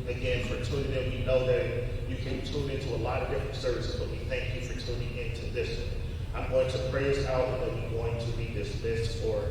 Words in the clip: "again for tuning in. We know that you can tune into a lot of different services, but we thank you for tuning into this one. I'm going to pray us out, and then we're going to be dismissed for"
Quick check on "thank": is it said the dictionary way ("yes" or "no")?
yes